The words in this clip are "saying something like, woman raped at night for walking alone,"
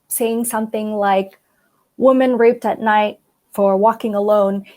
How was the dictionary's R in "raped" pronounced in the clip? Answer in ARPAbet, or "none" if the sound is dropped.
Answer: R